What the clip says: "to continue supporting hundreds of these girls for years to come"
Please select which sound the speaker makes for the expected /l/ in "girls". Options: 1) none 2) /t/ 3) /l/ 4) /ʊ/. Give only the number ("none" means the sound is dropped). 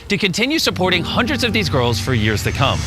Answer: 3